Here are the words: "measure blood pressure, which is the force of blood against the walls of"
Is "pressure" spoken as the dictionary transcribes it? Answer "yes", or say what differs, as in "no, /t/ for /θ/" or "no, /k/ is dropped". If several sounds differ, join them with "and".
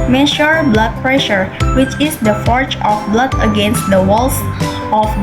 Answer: yes